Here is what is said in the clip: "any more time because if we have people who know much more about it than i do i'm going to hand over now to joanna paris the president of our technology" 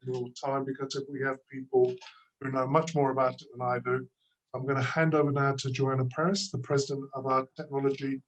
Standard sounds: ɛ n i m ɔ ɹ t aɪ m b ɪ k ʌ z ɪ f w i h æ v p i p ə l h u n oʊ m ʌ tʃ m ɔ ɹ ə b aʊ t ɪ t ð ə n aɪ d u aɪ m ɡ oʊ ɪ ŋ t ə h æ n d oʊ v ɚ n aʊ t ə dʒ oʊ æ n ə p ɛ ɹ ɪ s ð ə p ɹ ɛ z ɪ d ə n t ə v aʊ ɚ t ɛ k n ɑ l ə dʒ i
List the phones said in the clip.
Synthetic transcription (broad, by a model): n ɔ l t aɪ m b ɪ k ʌ z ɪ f w i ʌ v p i p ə l h u n oʊ m ʌ tʃ m ɔ ɹ ə b aʊ t ɪ t ð ə n aɪ d u aɪ m ɡ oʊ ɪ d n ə h æ n d oʊ v ɚ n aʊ t ə dʒ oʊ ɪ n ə p ɛ ɹ ɪ s ð ə p ɹ ɛ z ɪ d ə n t ə v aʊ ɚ t ɛ k n ɑ l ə dʒ i